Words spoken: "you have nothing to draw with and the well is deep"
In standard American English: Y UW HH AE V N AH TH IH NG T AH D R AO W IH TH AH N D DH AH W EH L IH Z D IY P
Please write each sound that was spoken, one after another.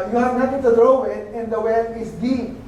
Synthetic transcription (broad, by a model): Y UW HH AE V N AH T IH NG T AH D R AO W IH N AH N D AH W EH L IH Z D IY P